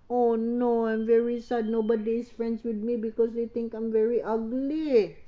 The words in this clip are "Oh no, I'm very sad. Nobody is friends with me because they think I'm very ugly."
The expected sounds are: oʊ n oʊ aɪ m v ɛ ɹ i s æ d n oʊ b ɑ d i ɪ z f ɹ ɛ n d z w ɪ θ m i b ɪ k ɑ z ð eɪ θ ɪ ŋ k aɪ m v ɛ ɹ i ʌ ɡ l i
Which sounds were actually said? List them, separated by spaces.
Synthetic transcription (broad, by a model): oʊ n oʊ aɪ m v ɛ ɹ i s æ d n oʊ b ɑ d i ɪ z f ɹ ɛ n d s w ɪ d m i b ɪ k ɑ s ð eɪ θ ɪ ŋ k aɪ m v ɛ ɹ i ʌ ɡ l i